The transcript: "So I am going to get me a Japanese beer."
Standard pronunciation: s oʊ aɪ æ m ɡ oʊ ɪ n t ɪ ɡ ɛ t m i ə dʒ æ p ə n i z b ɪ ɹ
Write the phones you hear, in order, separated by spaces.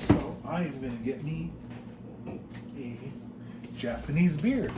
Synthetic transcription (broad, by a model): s oʊ aɪ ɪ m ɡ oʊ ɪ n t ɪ ɡ ɛ t m i ə dʒ æ p ə n i z b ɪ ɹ